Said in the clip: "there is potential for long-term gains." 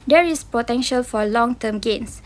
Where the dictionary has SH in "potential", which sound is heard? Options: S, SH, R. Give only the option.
SH